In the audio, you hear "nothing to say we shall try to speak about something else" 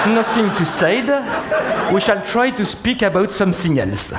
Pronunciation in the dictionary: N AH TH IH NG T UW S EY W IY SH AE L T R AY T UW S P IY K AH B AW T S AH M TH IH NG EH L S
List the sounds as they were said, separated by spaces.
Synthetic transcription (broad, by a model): N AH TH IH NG T UW S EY W IY SH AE L T R AY T UW S P IY K AH B AW T S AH M S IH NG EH L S